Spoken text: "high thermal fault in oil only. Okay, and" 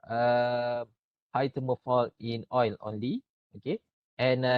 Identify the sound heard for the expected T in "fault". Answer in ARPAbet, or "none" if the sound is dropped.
none